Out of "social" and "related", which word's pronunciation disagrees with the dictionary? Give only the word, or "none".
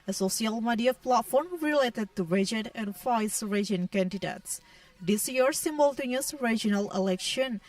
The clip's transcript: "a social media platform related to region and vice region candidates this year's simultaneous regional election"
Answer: social